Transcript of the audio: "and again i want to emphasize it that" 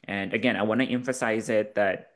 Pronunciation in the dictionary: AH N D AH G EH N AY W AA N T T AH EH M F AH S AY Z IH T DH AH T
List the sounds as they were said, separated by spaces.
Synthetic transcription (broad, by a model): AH N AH G EH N AY W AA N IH T EH M F AH S AY Z IH T DH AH T